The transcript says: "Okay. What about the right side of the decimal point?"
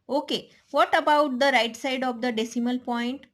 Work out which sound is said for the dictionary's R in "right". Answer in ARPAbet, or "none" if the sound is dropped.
R